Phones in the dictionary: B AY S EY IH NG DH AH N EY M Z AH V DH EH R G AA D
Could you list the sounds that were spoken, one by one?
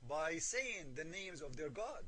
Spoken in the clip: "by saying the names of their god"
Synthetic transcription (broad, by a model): B AY S EY IH NG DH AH N EY M Z AH V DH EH R G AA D